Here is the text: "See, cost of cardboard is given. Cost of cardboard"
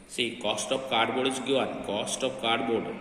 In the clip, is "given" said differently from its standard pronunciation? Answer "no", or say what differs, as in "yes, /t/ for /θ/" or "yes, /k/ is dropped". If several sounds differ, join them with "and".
yes, /v/ is dropped